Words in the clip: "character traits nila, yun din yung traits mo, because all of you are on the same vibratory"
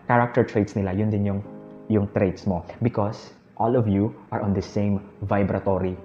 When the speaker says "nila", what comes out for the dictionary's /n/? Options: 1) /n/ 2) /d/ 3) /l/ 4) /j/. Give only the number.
1